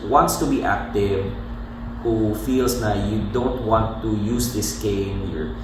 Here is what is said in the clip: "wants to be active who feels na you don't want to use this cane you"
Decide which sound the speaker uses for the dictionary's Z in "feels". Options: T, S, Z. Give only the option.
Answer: S